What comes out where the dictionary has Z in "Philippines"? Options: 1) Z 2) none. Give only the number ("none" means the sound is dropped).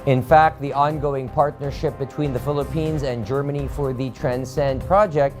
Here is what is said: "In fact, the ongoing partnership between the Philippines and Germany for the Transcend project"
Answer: 1